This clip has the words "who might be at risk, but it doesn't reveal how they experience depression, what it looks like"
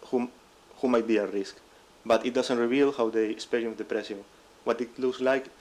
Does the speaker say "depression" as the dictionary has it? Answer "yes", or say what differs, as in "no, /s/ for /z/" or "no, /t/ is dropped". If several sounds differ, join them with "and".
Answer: no, /s/ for /ʃ/